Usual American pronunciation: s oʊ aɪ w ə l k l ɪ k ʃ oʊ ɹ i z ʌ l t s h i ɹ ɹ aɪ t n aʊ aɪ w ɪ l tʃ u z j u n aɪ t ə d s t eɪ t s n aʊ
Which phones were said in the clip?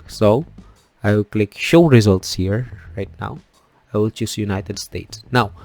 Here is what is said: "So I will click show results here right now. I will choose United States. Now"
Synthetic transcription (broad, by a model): s oʊ aɪ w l k l ɪ k ʃ oʊ ɹ i z ʌ l t s h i ɹ ɹ aɪ t n aʊ aɪ w ɪ l tʃ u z j u n aɪ t ə d s t eɪ t s n aʊ